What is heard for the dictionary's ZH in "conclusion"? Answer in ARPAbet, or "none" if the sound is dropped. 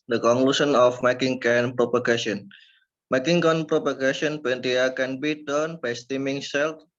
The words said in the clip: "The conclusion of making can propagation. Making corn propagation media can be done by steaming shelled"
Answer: S